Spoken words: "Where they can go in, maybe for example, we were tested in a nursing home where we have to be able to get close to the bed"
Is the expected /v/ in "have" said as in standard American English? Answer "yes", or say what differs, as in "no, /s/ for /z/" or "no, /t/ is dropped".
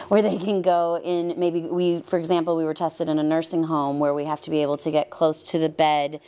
no, /f/ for /v/